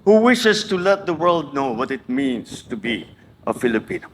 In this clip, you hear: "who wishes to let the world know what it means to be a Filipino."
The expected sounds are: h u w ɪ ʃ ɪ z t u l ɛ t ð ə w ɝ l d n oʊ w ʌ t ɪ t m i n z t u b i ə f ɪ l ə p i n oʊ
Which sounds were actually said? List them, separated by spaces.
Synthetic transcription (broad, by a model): h u w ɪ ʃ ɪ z t u l ɛ t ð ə w ɝ l d n oʊ w ʌ t ɪ t m i n s t u b i ə f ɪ l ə p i n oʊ